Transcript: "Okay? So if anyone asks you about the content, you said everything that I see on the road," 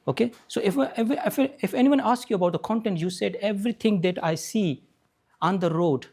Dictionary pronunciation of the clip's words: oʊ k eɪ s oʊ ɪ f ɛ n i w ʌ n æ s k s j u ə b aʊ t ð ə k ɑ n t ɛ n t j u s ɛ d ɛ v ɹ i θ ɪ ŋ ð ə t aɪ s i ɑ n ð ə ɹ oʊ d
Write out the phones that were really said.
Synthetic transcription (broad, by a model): oʊ k eɪ s oʊ ɪ f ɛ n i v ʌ n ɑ s k j u ə b aʊ t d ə k ɑ n t ɛ n t j u s ɛ d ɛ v ɹ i t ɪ ŋ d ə t aɪ s i ɑ n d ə ɹ oʊ d